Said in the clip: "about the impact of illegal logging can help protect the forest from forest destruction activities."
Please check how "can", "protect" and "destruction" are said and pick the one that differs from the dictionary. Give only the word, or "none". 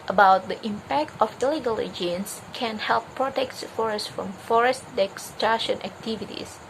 destruction